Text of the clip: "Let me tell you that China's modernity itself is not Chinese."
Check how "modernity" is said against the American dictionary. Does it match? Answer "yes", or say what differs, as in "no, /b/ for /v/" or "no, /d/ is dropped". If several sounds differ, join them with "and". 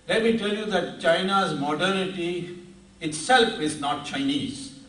no, /n/ is dropped